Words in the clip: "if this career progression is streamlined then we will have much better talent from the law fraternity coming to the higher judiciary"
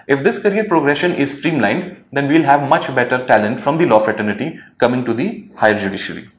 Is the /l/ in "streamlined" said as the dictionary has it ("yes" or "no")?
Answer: yes